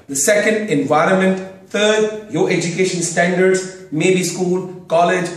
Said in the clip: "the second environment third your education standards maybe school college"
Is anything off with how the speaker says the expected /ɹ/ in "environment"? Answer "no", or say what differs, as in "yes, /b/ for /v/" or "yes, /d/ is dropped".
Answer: no